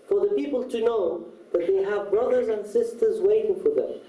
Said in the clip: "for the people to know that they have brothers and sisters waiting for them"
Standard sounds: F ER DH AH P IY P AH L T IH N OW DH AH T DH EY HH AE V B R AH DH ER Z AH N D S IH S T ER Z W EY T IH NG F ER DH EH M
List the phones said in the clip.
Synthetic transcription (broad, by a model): F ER DH AH P IY P AH L T IH N OW DH AH T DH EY HH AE V B R AH DH ER Z AH N D S IH S T ER Z W EY T IH NG F ER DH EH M